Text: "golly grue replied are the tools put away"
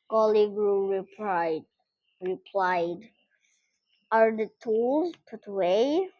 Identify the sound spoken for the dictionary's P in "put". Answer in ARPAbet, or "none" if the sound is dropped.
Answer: P